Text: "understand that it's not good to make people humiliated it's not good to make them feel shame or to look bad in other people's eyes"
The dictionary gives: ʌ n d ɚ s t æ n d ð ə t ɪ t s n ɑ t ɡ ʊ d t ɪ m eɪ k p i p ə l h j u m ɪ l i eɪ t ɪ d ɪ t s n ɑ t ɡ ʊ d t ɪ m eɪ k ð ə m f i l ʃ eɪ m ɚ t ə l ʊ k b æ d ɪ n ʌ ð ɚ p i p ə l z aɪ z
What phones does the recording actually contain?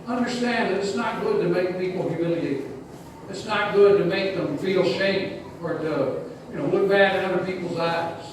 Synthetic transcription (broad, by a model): ʌ n d ɚ s t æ n ð ə t ɪ t s n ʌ t ɡ ʊ d t ɪ m eɪ k p i p l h j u m ɪ l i eɪ ɪ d ɪ t s n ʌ t ɡ ʊ d t ɪ m eɪ k ð ə m f i l ʃ eɪ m ɚ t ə n ʊ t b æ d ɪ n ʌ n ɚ p i p l z aɪ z